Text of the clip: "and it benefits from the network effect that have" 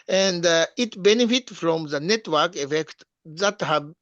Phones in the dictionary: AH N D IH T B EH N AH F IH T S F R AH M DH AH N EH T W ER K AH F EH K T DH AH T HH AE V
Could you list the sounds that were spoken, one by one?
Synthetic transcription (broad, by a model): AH N D IH T B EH N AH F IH T F R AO M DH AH N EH T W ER K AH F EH K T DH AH T HH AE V